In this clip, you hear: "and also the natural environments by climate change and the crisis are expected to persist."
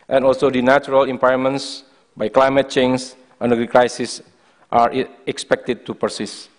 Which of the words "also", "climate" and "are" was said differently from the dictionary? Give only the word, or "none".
none